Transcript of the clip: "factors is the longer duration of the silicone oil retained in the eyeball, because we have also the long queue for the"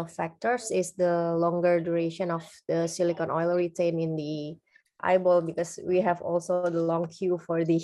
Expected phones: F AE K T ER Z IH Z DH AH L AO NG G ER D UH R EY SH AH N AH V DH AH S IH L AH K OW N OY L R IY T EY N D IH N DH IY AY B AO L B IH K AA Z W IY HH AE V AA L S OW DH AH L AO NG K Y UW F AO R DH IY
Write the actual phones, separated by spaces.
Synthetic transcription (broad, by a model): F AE K T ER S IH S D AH L AO NG G ER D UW R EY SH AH N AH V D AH S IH L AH K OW N OY L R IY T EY N IH N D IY AY B AO L B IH K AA S W IY HH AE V AA L S OW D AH L AO NG K Y UW F AO R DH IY